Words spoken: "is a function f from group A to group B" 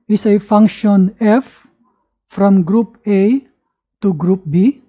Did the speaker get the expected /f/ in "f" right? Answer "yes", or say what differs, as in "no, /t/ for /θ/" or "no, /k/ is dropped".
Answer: yes